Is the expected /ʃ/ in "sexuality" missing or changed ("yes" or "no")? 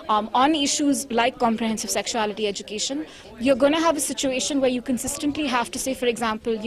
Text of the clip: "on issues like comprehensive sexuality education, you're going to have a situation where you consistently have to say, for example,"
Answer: no